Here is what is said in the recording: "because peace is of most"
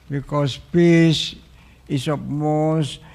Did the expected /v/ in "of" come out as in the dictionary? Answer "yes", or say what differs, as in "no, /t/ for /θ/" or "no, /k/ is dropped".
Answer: no, /p/ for /v/